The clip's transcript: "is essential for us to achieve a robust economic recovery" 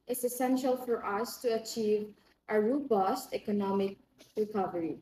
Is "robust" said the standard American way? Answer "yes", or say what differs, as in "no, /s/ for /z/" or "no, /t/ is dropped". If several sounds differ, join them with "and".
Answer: yes